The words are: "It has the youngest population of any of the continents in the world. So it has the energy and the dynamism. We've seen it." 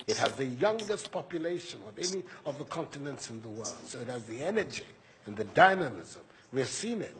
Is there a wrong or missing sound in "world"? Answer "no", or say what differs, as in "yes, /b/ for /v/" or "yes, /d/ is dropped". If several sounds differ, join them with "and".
no